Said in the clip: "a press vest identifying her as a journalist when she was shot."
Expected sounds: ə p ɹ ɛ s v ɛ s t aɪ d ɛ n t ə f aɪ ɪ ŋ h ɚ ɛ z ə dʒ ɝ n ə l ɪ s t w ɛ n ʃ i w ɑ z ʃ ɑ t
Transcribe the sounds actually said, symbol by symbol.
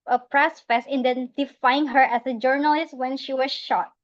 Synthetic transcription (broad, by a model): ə p ɹ ɛ s f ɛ s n d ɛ n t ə f aɪ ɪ ŋ h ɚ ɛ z ə dʒ ɝ n ə l ɪ s t w ɛ n ʃ i w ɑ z ʃ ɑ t